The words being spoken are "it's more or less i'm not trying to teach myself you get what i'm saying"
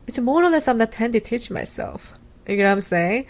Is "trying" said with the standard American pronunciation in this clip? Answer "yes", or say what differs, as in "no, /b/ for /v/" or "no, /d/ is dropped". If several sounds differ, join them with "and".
no, /ɹ/ is dropped